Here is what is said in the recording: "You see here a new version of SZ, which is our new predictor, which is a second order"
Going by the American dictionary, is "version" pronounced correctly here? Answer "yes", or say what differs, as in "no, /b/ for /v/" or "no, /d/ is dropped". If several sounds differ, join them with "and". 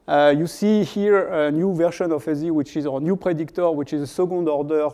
no, /ʃ/ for /ʒ/